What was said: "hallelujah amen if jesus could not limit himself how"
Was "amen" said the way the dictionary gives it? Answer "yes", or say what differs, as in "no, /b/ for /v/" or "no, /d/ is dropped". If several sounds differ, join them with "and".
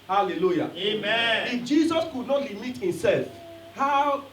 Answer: no, /n/ is dropped